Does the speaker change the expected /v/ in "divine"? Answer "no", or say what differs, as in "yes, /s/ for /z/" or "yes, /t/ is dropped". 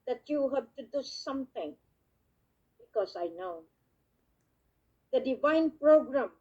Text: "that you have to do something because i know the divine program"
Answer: no